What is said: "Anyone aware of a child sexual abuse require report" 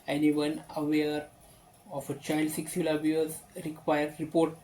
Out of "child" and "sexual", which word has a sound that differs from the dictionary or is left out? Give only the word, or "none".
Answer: sexual